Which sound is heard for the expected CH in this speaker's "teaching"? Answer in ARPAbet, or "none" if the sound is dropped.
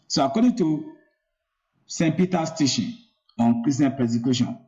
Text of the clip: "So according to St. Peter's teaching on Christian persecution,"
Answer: SH